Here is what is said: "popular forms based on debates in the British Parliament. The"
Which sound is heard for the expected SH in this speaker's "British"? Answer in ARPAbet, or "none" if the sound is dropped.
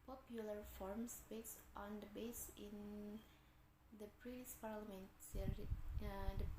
S